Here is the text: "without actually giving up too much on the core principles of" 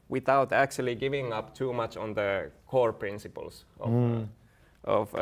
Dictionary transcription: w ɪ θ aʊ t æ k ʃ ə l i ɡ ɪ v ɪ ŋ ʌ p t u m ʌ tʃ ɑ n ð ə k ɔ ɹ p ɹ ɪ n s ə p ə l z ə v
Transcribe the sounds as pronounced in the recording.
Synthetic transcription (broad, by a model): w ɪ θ aʊ t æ k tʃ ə l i ɡ ɪ v ɪ ŋ ʌ p t u m ʌ tʃ ɑ n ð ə k ɔ ɹ p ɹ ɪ n s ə p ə l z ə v